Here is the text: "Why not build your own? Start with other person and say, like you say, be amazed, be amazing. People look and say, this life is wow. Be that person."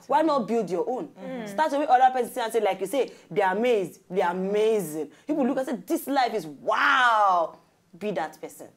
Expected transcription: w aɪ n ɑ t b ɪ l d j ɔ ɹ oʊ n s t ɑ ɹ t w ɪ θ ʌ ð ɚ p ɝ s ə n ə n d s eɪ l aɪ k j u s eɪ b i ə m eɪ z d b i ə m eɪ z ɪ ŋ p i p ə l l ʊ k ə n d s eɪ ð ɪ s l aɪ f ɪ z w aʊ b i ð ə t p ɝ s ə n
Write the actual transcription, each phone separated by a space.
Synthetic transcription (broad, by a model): w aɪ n ɑ t b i l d j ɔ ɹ oʊ n s t ɑ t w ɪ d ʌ ɚ p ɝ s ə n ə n s eɪ l aɪ k j u s eɪ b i ə m eɪ z d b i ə m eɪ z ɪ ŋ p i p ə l l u k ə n s eɪ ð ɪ s l aɪ f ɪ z w aʊ b i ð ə t p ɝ s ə n